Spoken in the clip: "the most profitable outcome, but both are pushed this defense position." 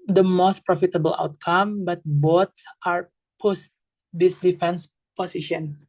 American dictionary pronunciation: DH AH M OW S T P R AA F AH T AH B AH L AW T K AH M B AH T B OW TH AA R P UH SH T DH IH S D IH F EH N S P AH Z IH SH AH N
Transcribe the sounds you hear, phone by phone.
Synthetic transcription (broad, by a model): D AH M OW S T P R AA F AH T AH B AH L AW T K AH M B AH T B OW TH AA R P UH S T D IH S D IH F EH N S P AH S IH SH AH N